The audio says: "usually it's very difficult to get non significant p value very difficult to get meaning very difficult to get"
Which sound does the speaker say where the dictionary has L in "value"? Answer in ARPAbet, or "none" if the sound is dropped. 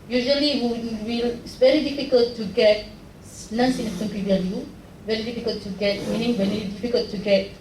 N